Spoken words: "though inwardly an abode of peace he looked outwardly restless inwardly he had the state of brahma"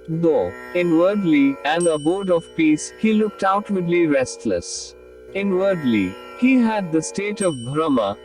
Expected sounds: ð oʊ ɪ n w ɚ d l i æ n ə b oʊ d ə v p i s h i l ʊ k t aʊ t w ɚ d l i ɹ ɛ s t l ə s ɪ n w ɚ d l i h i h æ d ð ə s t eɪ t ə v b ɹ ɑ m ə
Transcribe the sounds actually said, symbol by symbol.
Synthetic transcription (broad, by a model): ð oʊ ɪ n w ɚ d l i æ n ə b oʊ d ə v p i s h i l ʊ k t aʊ t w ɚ d l i ɹ ɛ s t l ə s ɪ n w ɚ d l i h i h æ d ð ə s t eɪ t ə v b ɹ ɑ m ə